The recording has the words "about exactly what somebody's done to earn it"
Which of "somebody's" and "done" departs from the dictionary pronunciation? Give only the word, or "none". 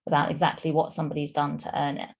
none